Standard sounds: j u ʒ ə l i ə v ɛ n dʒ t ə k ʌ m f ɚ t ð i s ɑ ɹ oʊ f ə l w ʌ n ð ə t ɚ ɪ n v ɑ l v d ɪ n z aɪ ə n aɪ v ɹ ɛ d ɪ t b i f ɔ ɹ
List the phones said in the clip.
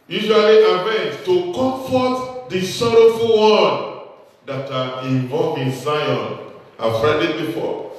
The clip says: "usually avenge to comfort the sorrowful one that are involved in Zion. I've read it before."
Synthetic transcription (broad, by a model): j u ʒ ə l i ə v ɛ n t t ə k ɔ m f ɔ t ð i s ɑ ɹ oʊ f ə l w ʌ n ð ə t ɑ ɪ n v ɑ l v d ɪ n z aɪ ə n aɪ f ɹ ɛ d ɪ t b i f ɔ